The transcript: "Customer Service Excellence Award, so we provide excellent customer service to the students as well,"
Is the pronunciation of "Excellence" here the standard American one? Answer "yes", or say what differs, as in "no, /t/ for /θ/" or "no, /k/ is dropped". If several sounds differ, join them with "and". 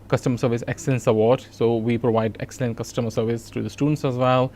yes